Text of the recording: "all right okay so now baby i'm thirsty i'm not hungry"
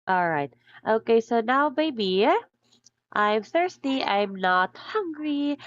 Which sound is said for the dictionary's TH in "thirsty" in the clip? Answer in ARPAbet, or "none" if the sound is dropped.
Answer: TH